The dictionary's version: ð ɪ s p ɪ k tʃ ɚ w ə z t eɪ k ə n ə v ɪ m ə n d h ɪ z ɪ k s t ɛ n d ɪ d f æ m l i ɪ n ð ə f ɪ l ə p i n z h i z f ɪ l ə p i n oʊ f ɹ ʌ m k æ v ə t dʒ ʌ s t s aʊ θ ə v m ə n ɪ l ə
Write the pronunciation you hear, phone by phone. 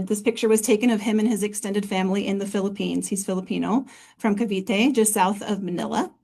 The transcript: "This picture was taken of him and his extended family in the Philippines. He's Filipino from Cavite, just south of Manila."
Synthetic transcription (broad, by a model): ð ɪ s p ɪ k tʃ ɚ w ə z t eɪ k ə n ə v ɪ m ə n ɪ z ɪ k s t ɛ n d ɪ d f æ m l i ɪ n ð ə f ɪ l ə p i n z h i z f ɪ l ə p i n oʊ f ɹ ʌ m k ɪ v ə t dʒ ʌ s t s aʊ θ ə v m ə n ɪ l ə